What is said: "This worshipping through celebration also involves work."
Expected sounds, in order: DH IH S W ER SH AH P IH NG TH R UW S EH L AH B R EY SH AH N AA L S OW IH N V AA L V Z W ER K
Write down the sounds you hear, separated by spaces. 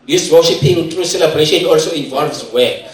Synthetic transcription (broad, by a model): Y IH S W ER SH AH P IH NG T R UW S EH L AH B R EY SH AH N AA L S OW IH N V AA L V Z W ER